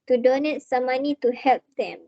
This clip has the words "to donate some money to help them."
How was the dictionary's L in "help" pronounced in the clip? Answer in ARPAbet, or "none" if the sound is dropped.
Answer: L